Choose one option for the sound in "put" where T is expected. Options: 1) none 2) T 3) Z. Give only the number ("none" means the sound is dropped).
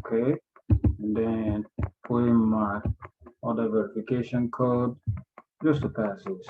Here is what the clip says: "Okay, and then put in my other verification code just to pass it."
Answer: 1